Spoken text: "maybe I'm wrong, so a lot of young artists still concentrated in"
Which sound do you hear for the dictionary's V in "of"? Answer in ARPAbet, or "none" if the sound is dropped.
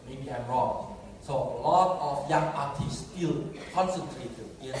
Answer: F